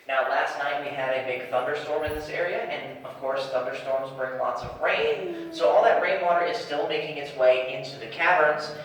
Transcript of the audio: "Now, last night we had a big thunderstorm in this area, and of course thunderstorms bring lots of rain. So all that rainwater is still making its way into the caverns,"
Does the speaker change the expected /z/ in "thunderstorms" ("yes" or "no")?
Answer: no